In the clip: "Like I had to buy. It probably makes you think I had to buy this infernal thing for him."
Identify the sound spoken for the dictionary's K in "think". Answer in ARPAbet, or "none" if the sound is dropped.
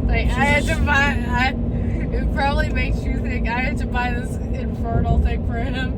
none